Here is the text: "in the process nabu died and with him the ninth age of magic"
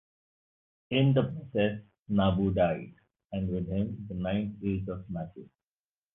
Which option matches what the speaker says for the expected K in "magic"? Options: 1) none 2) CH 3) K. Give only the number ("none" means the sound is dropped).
1